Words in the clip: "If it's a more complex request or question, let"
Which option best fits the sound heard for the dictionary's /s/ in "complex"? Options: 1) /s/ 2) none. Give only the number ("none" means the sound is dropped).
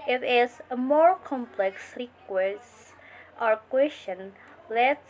1